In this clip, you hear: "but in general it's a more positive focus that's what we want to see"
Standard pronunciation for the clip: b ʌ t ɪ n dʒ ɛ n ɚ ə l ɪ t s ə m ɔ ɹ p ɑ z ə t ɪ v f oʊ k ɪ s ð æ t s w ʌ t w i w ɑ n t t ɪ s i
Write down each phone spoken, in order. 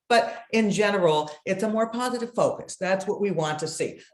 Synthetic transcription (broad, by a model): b ʌ t ɪ n dʒ ɛ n ɚ l ɪ t s ə m ɔ ɹ p ɑ z ə t ɪ v f oʊ k ɪ s ð æ t s w ʌ t w i w ɑ n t t ɪ s i